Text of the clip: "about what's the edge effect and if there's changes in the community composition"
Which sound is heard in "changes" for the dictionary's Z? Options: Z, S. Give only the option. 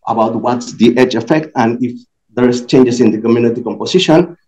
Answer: S